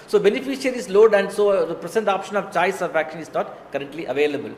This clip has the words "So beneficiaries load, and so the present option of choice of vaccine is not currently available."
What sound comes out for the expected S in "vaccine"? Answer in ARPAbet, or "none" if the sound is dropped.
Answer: SH